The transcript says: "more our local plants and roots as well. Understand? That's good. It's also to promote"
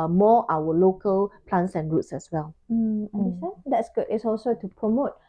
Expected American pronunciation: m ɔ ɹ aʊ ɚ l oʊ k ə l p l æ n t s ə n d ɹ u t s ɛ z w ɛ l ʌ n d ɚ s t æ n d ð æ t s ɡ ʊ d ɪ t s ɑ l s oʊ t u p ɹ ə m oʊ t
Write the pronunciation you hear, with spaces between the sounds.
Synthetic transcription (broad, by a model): m ɔ aʊ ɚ l oʊ k ə l p l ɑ n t s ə n ɹ u t s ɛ s w ɛ l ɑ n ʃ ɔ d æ t s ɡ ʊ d ɪ t s ɑ l s oʊ t u p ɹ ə m oʊ t